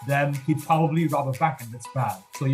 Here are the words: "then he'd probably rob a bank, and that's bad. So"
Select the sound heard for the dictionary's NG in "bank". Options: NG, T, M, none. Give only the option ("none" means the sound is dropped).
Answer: none